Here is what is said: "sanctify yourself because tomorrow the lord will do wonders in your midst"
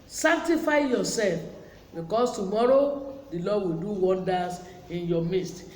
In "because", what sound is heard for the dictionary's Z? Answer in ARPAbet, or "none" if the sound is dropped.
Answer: S